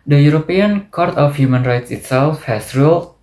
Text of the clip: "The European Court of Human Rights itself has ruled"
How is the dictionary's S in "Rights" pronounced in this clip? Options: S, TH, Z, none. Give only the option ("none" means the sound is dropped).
S